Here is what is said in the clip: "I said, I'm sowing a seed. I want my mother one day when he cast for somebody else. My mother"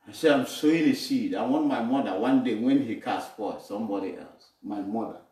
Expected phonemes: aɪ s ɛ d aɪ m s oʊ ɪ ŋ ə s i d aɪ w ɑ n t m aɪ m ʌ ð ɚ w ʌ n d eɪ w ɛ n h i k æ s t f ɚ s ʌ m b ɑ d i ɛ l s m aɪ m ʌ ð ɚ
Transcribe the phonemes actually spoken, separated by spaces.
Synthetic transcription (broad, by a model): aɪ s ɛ aɪ m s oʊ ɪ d ə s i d aɪ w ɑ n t m aɪ m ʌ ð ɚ w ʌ n d eɪ w ɛ n h i k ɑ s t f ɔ s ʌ m b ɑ d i ɛ l s m aɪ m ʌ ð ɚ